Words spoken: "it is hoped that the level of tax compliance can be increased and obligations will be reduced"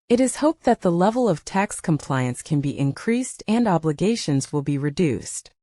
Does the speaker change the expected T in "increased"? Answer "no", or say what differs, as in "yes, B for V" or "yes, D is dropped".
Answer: no